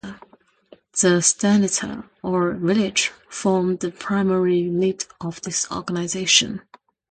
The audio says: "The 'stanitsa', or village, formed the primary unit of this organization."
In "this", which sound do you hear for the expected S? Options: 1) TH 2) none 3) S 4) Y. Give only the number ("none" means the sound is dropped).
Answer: 3